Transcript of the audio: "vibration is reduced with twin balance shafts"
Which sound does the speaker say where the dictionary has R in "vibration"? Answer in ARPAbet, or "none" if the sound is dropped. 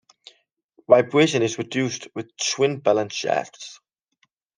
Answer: R